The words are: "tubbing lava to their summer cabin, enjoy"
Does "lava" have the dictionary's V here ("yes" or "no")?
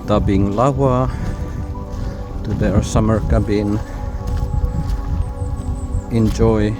no